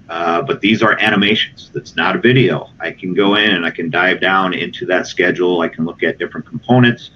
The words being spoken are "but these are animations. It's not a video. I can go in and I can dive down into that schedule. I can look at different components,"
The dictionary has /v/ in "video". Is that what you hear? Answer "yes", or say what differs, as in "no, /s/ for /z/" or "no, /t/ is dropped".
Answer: yes